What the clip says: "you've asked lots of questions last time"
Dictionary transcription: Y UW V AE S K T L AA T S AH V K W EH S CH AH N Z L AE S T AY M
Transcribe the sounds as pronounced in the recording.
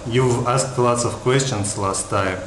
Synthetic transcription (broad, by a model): Y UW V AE S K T L AA T S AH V K W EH S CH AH N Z L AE S T AY M